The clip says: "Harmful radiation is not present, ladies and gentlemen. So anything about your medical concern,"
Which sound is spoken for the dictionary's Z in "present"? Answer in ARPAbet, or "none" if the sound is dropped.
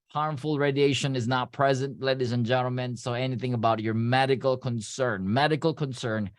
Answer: Z